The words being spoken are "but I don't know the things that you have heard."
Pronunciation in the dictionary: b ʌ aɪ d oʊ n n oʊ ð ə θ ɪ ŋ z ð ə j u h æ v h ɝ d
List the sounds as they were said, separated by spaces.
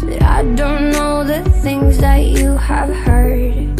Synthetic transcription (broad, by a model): aɪ d oʊ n n oʊ ð ə θ ɪ ŋ z ð ə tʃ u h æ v h ɝ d